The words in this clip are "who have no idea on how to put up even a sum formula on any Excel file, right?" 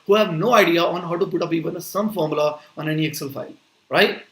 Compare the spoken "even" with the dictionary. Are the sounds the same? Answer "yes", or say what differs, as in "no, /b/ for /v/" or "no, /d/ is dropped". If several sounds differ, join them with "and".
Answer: no, /p/ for /v/